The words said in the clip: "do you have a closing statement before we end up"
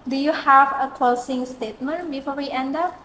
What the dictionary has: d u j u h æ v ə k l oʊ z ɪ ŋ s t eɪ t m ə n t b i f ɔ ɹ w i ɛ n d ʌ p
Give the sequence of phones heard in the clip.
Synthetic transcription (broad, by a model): d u j u h æ v ə k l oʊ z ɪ ŋ s t eɪ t m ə n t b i f ɔ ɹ w i ɛ n d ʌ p